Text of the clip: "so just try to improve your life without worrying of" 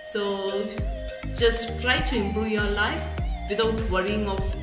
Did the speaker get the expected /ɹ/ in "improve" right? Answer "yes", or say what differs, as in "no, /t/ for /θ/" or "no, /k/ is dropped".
no, /ɹ/ is dropped